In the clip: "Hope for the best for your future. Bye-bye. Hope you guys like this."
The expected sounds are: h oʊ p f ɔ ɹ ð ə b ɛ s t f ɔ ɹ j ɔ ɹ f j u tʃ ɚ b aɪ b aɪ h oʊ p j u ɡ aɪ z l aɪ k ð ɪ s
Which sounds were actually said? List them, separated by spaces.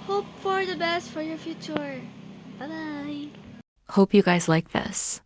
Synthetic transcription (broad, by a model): h oʊ p f ɔ ɹ ð ə b ɛ s t f ɔ ɹ j ɔ ɹ f j u tʃ ɚ b aɪ b aɪ h oʊ p j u ɡ aɪ z l aɪ k ð ɪ s